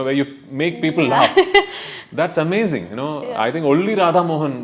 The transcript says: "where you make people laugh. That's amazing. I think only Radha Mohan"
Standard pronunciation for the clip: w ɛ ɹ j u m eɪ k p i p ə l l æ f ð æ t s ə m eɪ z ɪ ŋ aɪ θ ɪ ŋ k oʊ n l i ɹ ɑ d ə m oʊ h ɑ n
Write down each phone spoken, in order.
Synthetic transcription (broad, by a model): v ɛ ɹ j u m eɪ k p i p ə l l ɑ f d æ t s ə m eɪ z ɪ ŋ aɪ t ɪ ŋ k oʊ l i ɹ ɑ d ə m oʊ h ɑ n